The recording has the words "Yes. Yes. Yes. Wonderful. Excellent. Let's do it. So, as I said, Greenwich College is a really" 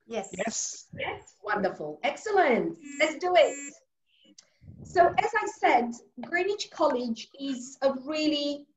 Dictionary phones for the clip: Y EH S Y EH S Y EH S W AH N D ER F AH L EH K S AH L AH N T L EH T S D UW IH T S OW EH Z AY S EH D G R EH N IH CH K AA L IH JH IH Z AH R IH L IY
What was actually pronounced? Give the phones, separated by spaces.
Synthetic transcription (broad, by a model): Y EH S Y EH S Y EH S W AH N D ER F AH L EH K S AH L AH N T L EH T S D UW IH T S OW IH Z AY S EH D G R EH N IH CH K AA L IH JH IH Z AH R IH L IY